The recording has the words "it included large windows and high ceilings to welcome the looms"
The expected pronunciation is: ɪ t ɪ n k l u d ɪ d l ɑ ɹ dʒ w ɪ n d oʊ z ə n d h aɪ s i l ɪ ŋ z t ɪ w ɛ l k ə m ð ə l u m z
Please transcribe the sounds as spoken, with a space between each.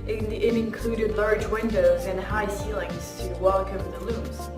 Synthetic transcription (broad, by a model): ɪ t ɪ n k l u d ɪ d l ɑ ɹ dʒ w ɪ n d oʊ z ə n h aɪ s i l ɪ ŋ z t ɪ w ɛ l k ə m ð ə l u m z